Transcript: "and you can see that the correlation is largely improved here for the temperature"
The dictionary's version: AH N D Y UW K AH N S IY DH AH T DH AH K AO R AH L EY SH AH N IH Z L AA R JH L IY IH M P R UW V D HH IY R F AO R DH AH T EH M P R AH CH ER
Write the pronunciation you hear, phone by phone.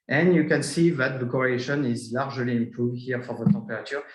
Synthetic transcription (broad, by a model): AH N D Y UW K AH N S IY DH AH T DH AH K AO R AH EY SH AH N IH Z L AA R ZH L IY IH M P UW HH IY R F AO R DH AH T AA P R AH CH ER